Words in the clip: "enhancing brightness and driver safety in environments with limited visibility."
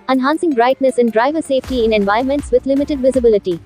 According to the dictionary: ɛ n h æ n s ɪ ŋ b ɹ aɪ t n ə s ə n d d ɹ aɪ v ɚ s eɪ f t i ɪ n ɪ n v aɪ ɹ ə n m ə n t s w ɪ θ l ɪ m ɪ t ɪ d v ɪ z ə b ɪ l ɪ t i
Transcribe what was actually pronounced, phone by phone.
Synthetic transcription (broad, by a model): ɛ n h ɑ n s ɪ ŋ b ɹ aɪ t n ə s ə n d d ɹ aɪ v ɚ s eɪ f t i ɪ n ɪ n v aɪ ə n m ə n t s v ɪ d l ɪ m ɪ t ɪ d v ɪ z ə b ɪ l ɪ t i